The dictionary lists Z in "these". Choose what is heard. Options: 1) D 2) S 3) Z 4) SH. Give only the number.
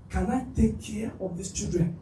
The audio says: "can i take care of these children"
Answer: 2